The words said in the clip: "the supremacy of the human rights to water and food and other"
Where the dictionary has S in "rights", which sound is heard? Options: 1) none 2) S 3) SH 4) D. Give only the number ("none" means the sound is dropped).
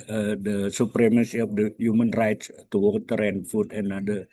2